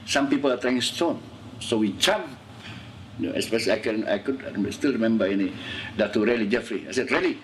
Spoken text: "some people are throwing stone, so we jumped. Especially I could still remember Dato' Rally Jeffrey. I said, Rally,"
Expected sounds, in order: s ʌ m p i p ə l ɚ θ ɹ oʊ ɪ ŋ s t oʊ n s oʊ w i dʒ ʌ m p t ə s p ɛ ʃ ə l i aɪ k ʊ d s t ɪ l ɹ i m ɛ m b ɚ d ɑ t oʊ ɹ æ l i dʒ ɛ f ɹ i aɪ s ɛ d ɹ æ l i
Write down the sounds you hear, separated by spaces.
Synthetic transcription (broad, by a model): s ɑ m p i p ə l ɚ t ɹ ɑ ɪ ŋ s t oʊ n s oʊ w i tʃ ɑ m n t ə s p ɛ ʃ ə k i aɪ k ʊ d s t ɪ l ɹ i m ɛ m b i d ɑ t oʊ ɹ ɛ l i dʒ ɛ f ɹ i aɪ s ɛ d ɹ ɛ l i